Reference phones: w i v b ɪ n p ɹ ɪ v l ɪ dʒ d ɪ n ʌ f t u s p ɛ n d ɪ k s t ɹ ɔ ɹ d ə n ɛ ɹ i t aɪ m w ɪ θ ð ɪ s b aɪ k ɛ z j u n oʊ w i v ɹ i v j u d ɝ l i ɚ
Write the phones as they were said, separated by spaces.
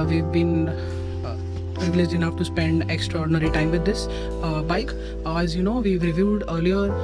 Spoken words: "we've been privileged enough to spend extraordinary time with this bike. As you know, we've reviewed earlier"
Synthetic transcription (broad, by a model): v i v b ɪ n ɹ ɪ l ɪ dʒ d ɪ n ʌ f t u s p ɛ n d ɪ k s t ɹ ɔ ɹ d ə n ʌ ɹ i t aɪ m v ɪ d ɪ s b aɪ k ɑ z j u n oʊ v i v ɹ i v j u d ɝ l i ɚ